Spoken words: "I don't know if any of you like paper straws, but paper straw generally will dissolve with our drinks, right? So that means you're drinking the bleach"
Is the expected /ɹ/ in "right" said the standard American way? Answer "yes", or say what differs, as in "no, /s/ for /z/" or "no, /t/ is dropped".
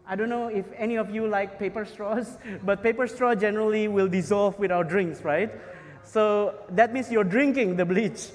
yes